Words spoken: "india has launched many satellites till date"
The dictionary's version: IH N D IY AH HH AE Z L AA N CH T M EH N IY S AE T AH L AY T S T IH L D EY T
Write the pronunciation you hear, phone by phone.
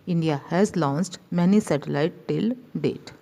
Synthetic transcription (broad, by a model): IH N D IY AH HH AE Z L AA N S T M EH N IY S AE T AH L AY T T IH L D EY T